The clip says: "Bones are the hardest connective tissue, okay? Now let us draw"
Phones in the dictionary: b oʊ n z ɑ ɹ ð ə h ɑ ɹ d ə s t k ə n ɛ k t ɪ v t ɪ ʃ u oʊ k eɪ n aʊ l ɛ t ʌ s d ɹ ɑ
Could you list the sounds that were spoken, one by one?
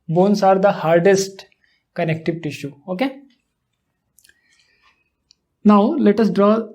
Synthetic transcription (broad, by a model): b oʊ n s ɑ ɹ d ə h ɑ ɹ d ə s t k ə n ɛ k t ɪ v t ɪ ʃ u oʊ k eɪ n aʊ l ɛ t ʌ s d ɹ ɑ